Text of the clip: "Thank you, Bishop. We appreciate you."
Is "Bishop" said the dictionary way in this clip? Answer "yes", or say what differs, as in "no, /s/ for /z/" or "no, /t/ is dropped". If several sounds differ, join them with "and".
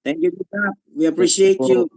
no, /ʃ/ is dropped